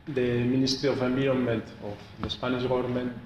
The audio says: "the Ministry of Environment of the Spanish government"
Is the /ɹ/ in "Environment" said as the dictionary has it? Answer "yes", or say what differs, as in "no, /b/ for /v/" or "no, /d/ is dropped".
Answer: no, /ɹ/ is dropped